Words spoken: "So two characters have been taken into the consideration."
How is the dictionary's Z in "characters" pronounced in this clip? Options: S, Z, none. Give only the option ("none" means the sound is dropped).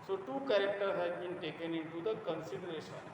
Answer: none